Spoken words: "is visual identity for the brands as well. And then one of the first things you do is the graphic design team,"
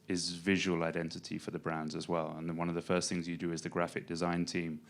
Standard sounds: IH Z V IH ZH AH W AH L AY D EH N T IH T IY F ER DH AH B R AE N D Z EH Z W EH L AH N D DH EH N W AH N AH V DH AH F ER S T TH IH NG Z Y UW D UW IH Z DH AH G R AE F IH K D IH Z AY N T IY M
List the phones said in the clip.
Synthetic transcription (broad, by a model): IH Z V IH ZH AH W AH L AY D EH N T IH T IY F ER DH AH B R AE N D Z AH Z W EH L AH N N W AH N AH V DH AH F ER S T TH IH NG Z Y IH D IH IH Z DH AH G R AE F IH K D IH Z AY N T IY M